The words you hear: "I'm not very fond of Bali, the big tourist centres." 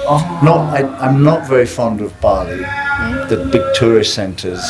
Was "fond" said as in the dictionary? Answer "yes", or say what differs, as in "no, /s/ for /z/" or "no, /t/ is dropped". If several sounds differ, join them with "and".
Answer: yes